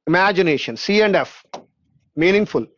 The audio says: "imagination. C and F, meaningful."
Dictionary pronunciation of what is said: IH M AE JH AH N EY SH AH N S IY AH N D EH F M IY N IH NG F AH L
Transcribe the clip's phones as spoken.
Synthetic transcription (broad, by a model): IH M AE JH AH N EY SH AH N S IY AH N D EH F M IY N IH NG F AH L